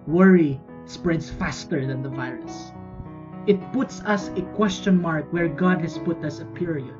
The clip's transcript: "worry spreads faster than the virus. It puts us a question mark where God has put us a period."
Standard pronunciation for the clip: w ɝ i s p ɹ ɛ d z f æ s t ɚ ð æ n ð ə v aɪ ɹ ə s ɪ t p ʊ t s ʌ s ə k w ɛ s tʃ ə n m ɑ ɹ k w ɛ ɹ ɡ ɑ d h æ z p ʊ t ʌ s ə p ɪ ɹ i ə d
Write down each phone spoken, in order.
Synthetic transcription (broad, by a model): w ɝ i s p ɹ ɛ d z f æ s t ɚ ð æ n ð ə v aɪ ɹ ə s ɪ t p ʊ t s ʌ s ə k w ɛ s tʃ ə n m ɑ ɹ k w ɛ ɹ ɡ ɑ d h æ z p ʊ t ʌ s ə p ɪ ɹ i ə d